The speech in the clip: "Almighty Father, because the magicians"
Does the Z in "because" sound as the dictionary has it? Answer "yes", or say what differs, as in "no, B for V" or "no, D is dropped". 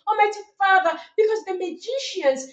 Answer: yes